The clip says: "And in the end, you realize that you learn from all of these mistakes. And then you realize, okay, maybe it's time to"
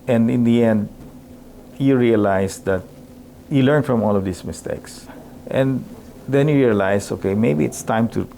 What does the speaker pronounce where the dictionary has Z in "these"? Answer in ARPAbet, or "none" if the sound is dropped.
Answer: S